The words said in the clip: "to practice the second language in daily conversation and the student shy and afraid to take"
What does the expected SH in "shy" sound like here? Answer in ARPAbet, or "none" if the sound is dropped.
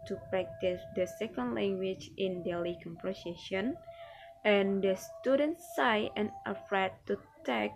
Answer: S